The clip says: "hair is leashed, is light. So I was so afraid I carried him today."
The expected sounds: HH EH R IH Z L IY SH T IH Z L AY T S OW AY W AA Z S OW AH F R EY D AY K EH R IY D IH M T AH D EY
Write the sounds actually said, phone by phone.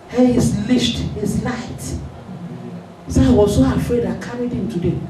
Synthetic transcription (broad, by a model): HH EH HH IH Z L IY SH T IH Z L AY T S OW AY W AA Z S OW AH F R EY D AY K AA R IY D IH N T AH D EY